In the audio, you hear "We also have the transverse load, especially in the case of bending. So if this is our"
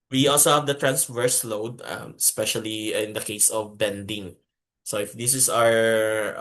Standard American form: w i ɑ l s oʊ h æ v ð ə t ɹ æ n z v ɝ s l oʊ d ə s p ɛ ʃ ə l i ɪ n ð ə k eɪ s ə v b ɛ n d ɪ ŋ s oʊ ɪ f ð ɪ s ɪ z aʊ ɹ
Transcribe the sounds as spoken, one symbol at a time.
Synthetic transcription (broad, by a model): w i ɑ l s oʊ h æ v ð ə t ɹ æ n s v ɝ s l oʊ d ə s p ɛ ʃ ə l i ɪ n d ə k eɪ s ə v b ɛ n d ɪ ŋ s oʊ ɪ f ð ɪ s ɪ s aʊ ɹ